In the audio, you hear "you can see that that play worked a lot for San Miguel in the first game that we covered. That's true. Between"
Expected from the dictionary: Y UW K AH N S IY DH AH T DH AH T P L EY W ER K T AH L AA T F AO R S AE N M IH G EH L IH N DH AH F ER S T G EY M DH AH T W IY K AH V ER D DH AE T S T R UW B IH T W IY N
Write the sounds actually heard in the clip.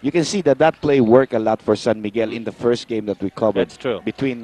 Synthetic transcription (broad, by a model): Y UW K AH N S IY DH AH T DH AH T P L EY W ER K AH L AA T F AO R S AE N M IH G EH L IH N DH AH F ER S T G EY M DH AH T W IY K AH V ER D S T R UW B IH T W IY N